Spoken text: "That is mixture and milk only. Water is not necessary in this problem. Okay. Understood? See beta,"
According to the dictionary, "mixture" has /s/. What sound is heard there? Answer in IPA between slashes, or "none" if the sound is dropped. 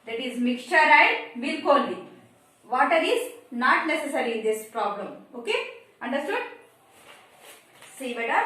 none